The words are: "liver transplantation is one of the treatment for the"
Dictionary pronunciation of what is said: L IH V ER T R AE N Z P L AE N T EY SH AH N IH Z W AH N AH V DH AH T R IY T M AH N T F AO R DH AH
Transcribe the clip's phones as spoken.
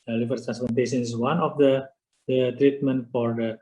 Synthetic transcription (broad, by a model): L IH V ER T R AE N S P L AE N T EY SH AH N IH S W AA N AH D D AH T R IY T M AH N T F AO R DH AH